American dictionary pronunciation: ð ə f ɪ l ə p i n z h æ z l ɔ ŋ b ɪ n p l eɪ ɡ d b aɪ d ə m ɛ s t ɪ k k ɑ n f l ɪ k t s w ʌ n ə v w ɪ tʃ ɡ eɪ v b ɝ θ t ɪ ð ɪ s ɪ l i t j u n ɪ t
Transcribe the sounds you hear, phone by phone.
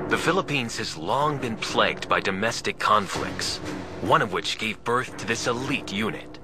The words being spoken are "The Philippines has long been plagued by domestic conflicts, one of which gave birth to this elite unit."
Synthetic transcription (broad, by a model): ð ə f ɪ l ə p i n z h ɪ z l ɔ ŋ b ɪ n p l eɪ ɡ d b aɪ d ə m ɛ s t ɪ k k ɑ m f l ɪ k t s w ʌ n ə v w ɪ tʃ ɡ eɪ v b ɝ θ t ɪ ð ɪ s ɪ l i t j u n ɪ t